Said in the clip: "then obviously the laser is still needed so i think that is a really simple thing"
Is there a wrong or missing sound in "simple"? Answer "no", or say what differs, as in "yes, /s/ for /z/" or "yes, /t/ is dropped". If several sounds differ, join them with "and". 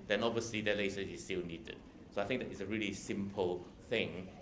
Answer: no